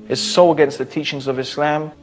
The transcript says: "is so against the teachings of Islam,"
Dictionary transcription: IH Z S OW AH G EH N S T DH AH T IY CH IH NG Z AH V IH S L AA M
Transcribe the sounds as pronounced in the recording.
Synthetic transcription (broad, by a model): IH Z S OW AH G EH N S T DH AH T IY CH IH NG Z AH V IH S L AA M